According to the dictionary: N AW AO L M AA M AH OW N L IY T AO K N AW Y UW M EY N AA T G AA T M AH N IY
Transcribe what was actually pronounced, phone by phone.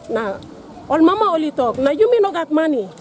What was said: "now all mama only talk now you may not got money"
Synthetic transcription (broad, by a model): N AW AO L M AA M AH OW L IY T AO K N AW Y UW M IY N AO G AA T M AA N IY